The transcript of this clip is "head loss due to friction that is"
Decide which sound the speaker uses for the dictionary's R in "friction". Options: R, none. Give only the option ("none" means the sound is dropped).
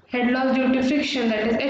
none